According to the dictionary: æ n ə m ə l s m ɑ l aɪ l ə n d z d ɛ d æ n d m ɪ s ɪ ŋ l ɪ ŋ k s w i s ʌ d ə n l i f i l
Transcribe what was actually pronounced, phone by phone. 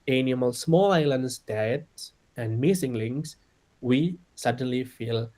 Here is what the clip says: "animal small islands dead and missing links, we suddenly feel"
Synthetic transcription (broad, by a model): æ n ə m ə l s m ɑ l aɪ l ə n d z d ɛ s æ n d m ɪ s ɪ ŋ l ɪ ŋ s w i s ʌ d ə n l i f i l